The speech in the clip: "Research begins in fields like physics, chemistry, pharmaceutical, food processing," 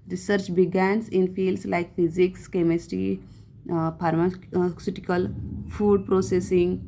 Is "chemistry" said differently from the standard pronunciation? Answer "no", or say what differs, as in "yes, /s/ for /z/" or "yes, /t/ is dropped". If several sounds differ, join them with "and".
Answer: yes, /ɹ/ is dropped